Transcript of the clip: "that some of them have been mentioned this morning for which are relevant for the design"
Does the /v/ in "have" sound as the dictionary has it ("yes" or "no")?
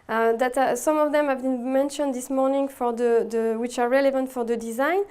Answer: yes